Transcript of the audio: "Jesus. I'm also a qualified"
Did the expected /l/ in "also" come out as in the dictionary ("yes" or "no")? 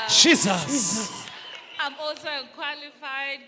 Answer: no